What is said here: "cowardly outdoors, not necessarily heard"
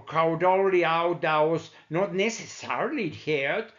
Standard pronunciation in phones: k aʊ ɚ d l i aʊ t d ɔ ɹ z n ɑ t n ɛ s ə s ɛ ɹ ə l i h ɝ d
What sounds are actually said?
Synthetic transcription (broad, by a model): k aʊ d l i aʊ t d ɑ w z n ɑ t n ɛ s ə s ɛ ɹ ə l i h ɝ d